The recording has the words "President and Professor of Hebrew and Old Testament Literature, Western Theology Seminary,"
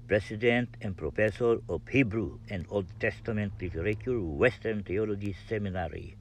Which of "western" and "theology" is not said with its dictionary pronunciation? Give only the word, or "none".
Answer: theology